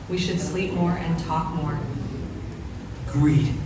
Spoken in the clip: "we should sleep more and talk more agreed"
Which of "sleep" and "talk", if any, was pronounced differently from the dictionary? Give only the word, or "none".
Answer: none